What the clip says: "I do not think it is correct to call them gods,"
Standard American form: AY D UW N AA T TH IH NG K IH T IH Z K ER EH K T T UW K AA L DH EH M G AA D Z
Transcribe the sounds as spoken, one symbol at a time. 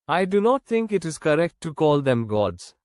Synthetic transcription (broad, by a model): AY D UW N AA T T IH NG K IH T IH Z K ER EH K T T UW K AA L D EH M G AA D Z